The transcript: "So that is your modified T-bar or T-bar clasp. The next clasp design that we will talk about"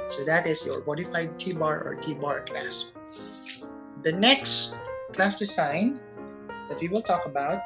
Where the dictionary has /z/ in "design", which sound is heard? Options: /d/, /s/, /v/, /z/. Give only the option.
/s/